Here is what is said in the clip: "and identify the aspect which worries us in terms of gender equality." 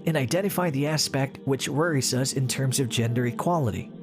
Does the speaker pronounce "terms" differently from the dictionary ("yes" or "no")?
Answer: no